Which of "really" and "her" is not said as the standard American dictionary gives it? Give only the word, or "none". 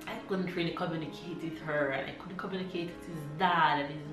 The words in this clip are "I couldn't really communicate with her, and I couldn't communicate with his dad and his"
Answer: really